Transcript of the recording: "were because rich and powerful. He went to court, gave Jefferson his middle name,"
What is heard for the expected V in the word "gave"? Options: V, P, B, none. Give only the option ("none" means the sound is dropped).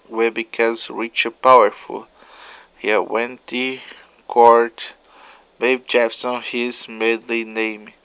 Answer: B